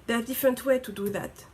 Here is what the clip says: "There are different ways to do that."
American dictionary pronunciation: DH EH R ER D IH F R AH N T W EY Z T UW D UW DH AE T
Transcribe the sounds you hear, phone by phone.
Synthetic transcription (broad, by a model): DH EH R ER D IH F R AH N T W EY T UW D UW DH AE T